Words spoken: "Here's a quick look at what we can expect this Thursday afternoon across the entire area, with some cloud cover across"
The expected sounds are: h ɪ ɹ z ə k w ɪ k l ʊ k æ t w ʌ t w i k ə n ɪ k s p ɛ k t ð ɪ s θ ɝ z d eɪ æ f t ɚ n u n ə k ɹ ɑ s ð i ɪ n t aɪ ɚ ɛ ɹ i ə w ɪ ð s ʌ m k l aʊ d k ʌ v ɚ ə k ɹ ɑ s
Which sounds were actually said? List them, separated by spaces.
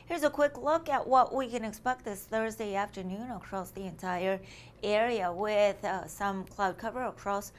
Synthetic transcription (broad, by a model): h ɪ ɹ z ə k w ɪ k l ʊ k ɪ t w ʌ t w i k ə n ɪ k s p ɛ k t ð ɪ s θ ɝ z d eɪ æ f t ɚ n u n ə k ɹ ɑ s ð i ɪ n t aɪ ɚ ɛ ɹ i ə w ɪ ð s ʌ m k l aʊ d k ʌ v ɚ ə k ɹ ɑ s